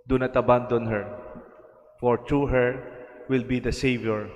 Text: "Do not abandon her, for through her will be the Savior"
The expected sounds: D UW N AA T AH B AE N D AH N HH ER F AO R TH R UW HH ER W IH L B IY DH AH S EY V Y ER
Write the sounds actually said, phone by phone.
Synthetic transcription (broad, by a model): D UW N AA T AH B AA N D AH N HH ER F AO R T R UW HH ER W IH L B IY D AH S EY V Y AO